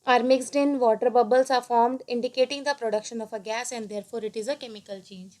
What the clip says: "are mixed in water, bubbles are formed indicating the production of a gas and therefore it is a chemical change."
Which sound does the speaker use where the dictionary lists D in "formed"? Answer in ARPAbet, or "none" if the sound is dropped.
D